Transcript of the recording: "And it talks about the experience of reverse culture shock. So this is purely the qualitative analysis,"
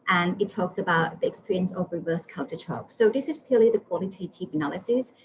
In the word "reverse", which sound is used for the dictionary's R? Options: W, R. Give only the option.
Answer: R